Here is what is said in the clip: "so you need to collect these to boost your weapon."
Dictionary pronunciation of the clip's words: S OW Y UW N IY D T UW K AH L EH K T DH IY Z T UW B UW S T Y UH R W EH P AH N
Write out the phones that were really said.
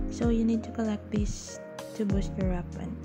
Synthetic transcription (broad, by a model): S OW Y UW N IY D T UW K AH L EH K T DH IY S T UW B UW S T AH R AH P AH N